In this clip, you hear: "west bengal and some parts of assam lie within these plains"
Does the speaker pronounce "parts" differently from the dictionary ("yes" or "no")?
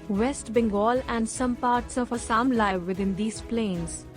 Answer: no